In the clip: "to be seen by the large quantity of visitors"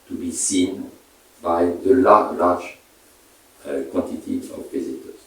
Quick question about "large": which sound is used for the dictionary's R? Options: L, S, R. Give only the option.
L